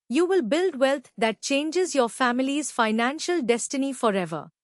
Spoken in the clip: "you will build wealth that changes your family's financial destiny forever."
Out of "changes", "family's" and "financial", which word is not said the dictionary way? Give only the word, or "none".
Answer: none